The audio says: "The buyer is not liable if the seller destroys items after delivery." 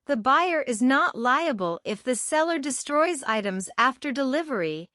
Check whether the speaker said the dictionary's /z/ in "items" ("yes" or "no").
yes